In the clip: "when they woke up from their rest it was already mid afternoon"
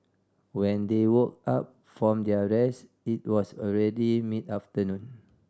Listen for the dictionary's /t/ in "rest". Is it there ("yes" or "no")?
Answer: no